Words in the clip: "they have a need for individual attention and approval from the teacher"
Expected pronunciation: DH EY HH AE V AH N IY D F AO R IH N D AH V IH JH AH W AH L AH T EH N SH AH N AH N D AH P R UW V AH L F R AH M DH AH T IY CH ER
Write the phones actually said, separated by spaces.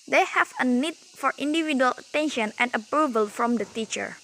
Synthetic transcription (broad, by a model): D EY HH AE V AH N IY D F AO R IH N D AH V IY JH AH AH L AH T EH N SH AH N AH N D AH P R UW V AH L F R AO M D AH T IY CH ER